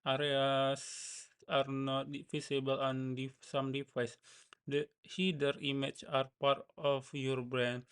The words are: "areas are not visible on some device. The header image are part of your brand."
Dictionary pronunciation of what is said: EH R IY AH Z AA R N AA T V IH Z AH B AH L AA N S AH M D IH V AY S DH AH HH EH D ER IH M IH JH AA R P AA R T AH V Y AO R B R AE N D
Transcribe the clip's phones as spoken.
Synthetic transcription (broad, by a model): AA R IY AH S AA R N AA T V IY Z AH B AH L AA N S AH M D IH F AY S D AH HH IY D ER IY M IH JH AA R P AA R T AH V Y AO R B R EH N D